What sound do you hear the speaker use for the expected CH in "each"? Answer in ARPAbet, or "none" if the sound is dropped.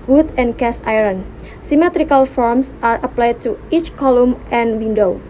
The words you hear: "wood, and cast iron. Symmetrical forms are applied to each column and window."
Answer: CH